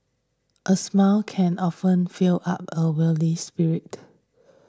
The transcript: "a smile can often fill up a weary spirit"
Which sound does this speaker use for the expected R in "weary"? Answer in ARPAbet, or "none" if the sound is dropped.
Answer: L